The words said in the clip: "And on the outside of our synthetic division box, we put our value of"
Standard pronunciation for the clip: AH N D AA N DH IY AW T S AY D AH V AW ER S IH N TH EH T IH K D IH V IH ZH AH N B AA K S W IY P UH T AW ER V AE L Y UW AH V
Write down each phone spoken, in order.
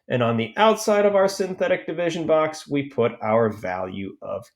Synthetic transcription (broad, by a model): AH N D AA N DH IY AW T S AY D AH V AW ER S IH N TH EH T IH K D IH V IH ZH AH N B AA K S W IY P UH T AW ER V AE L Y UW AH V